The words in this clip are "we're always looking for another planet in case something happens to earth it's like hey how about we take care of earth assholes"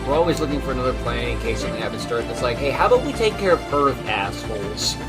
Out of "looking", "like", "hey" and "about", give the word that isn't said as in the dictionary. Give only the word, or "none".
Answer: about